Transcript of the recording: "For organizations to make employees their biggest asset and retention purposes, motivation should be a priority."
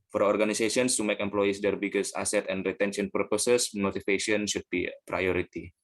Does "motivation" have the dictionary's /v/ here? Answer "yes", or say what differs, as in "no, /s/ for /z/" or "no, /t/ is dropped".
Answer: no, /f/ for /v/